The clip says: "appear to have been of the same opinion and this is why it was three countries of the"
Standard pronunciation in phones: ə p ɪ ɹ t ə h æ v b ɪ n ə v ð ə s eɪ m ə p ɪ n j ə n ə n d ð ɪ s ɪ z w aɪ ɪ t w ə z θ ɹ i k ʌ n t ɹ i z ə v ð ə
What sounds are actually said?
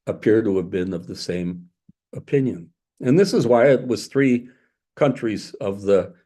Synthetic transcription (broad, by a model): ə p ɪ ɹ t ə v b ɪ n ə v ð ə s eɪ m ə p ɪ n j ə n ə n ð ɪ s ɪ z w aɪ ɪ t w ə z θ ɹ i k ʌ n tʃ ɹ i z ə v ð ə